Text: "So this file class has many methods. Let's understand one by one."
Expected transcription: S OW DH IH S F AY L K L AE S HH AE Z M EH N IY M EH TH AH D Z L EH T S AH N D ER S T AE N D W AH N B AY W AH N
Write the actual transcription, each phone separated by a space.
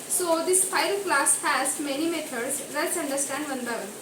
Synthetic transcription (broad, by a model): S OW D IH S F AY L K L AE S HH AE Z M EH N IY M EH T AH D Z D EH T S AH N D ER S T AE N D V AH N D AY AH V